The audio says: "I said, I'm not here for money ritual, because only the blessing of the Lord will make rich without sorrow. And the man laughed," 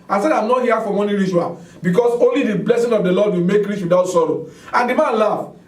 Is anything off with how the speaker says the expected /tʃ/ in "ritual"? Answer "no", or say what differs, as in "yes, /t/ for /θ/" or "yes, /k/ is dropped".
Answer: yes, /ʃ/ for /tʃ/